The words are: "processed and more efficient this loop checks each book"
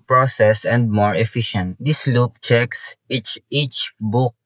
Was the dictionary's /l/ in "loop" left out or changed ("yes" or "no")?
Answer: no